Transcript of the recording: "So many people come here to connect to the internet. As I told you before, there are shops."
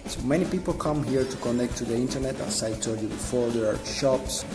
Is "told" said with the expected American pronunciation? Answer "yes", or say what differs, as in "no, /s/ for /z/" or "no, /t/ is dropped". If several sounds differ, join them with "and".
no, /l/ is dropped